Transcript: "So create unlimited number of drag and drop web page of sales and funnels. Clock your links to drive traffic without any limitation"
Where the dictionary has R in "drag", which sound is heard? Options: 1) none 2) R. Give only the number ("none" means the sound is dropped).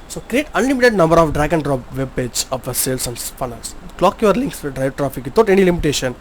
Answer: 2